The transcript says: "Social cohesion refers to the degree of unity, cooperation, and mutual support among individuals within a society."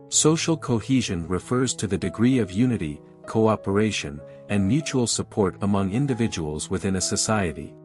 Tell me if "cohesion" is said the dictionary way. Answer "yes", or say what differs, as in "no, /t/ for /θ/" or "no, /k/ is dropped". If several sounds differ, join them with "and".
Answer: yes